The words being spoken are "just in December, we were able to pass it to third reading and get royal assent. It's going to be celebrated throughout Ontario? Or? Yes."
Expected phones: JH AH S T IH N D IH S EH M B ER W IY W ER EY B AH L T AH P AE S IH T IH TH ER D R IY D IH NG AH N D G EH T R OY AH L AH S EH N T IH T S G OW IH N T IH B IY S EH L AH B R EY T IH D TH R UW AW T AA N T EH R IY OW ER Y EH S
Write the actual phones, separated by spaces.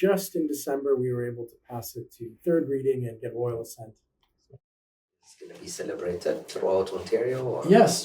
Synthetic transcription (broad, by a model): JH AH S T IH N D IH S EH M B ER W IY W ER EY B L T AH P AE S IH T IH TH ER D R IY D IH NG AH N G EH T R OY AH L AH S EH N T IH T S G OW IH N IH B IY S EH L AH B R EY T IH D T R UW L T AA N T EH R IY OW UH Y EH S